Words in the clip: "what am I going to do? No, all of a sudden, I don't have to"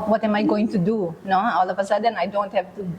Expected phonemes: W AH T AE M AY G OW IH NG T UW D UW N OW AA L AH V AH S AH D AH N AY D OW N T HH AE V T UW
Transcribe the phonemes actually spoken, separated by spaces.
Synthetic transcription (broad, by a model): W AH T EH M AY G OW IH NG T UW D UW N OW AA L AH P AH S AH D AH N AY D OW N T HH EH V T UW